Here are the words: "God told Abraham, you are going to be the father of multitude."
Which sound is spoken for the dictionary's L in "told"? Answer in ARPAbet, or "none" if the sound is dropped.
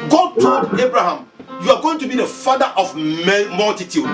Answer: none